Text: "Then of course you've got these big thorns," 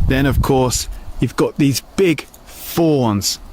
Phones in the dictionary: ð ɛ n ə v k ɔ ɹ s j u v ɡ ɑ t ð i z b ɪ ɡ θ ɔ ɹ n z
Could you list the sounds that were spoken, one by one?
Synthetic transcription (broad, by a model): ð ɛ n ə v k ɔ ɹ s j u v ɡ ɑ t ð i z b ɪ ɡ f ɔ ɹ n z